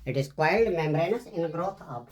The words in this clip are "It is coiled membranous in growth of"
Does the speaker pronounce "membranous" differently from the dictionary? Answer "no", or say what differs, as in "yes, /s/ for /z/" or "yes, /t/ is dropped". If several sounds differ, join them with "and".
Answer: no